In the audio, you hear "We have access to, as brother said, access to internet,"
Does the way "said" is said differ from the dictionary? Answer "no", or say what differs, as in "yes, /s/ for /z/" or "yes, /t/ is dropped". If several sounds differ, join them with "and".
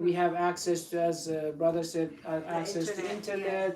yes, /ʃ/ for /s/